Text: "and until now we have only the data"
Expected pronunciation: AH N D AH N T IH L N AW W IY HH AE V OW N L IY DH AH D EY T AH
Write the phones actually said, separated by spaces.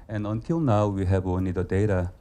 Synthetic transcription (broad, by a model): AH N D AH N T IH L N AW W IY HH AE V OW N IY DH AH D EY T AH